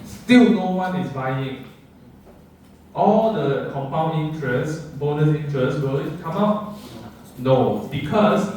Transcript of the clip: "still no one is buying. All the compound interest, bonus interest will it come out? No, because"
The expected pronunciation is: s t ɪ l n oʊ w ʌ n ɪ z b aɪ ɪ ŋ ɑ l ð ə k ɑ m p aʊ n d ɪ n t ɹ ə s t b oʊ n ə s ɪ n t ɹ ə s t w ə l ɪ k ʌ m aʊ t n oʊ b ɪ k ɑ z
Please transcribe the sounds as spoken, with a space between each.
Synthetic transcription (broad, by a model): s t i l n oʊ w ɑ n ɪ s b aɪ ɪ ŋ ɑ l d ə k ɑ m p aʊ n ɪ n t ɹ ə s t b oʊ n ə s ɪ n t ɹ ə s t w ə l k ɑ m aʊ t n oʊ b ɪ k ɑ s